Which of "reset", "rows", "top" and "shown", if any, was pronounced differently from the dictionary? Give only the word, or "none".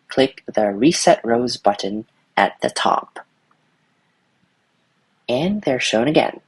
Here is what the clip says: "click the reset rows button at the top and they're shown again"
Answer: none